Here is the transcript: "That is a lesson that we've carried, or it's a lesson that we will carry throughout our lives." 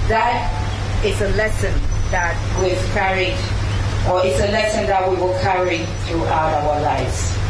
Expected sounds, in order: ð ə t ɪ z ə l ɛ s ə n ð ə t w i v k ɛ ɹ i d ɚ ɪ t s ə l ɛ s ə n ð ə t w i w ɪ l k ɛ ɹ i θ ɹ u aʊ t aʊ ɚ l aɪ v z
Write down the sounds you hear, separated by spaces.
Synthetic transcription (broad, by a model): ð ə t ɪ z ə l ɛ s ə n ð ə t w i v k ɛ ɹ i ɚ ɪ t s ə l ɛ s ə n ð ə t w i w ɪ l k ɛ ɹ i θ ɹ u aʊ t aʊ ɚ l aɪ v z